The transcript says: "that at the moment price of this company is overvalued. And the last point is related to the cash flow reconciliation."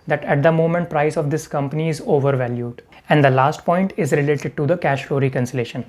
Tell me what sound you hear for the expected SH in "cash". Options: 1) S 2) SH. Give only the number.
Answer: 2